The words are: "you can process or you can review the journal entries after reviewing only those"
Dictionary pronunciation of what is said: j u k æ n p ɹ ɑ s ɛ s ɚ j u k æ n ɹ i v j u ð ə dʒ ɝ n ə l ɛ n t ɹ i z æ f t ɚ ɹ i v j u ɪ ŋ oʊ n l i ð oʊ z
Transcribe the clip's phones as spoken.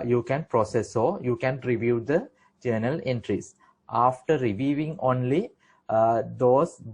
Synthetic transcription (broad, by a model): j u k æ n p ɹ ɑ s ɛ s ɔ j u k æ n ɹ i v j u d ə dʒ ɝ n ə l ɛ n t ɹ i s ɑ f t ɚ ɹ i v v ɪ ŋ oʊ n l i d oʊ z